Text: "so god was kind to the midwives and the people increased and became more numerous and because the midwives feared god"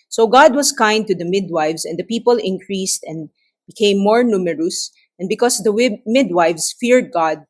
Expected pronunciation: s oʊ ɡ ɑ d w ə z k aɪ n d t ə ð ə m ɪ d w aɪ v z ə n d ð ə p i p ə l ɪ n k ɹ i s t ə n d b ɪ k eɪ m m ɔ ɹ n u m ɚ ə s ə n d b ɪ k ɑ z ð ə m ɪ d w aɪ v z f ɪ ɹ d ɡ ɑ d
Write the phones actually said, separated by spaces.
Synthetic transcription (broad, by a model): s oʊ ɡ ɑ d w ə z k aɪ n d t ə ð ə m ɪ d w aɪ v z ə n d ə p i p ə l ɪ n k ɹ i s t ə n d b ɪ k eɪ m m ɔ ɹ n u m ɚ ə s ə n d b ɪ k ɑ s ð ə m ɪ d w aɪ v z f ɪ ɹ d ɡ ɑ d